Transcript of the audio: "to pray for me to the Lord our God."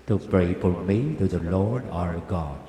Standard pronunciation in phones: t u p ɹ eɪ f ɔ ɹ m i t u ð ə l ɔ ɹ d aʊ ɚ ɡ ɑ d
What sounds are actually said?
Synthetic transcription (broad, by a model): t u p ɹ eɪ p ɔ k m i t u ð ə l ɔ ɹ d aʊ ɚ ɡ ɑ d